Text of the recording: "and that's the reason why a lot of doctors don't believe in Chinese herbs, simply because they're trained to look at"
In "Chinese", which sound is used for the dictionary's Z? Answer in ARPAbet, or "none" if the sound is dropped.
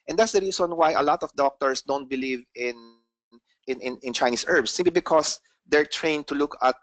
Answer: S